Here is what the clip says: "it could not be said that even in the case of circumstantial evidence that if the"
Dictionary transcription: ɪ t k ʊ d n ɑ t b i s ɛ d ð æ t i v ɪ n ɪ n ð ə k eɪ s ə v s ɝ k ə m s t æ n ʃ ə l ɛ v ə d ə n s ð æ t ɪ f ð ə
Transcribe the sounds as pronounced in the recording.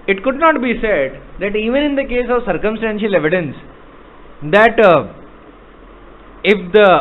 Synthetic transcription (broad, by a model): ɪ t k ʊ d n ɑ t b i s ɛ d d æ t i v ɪ n ɪ n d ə k eɪ s ə v s ɝ k ə m s t æ n ʃ ə l ɛ v ə d ə n s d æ t ɪ f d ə